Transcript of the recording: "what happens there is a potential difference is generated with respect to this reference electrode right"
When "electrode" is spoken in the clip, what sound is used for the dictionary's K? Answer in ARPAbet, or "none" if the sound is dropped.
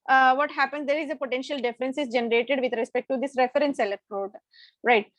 none